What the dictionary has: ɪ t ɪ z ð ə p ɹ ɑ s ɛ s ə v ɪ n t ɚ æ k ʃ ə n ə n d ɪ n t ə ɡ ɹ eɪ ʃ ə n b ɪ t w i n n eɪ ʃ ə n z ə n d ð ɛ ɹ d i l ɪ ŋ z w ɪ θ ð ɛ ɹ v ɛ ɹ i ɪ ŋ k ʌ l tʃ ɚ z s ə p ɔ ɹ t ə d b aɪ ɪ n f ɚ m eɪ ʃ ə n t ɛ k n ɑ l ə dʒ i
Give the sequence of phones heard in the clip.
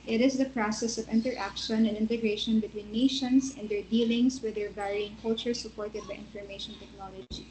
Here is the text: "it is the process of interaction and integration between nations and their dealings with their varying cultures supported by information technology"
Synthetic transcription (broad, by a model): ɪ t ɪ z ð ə p ɹ ɑ s ɛ s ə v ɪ n t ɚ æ k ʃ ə n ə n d ɪ n t ə ɡ ɹ eɪ ʃ ə n b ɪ t w i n n eɪ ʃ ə n s ə n d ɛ ɹ d i l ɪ ŋ s w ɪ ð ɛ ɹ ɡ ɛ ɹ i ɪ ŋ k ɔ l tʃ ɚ s ə p ɔ ɹ t ə d b aɪ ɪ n f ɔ m eɪ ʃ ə n t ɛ k n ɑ l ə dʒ i